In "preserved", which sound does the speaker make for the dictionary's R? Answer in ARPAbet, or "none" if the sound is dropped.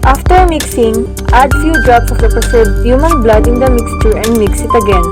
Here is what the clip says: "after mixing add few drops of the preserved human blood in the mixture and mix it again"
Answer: none